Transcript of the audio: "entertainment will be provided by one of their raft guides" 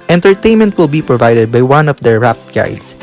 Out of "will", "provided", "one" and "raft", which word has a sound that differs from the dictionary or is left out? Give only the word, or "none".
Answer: raft